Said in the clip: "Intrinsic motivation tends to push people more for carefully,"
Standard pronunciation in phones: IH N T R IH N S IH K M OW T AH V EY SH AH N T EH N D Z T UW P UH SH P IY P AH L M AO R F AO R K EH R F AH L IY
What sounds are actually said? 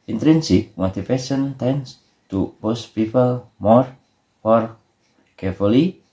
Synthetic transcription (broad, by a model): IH N T R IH N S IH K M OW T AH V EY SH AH N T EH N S T UW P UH S P IY P AH L M AO R F AO R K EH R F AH L IY